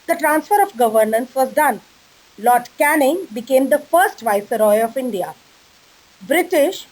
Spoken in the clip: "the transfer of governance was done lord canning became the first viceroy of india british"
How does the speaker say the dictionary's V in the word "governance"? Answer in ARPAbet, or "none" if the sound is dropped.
V